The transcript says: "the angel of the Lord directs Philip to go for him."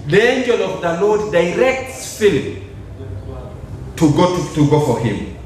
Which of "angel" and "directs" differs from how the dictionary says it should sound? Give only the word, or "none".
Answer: none